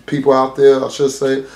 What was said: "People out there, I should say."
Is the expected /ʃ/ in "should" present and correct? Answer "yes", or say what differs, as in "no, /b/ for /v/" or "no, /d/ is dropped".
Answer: no, /s/ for /ʃ/